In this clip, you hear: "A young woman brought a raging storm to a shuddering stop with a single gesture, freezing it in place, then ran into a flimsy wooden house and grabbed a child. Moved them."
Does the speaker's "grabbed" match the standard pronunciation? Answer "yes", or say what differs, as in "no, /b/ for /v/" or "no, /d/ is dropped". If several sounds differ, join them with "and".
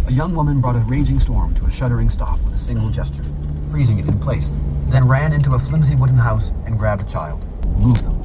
yes